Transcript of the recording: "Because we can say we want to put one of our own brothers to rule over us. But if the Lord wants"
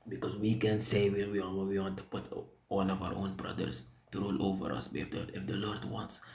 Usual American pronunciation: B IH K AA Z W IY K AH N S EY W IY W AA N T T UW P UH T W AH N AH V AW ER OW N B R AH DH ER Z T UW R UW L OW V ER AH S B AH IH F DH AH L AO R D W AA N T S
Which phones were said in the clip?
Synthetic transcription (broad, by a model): B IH K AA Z W IY K AH N S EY W IY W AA N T T UW P UH T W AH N AH V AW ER OW N B R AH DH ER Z T UW R UW L OW V ER AH S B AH IH F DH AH L AO R D W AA N T S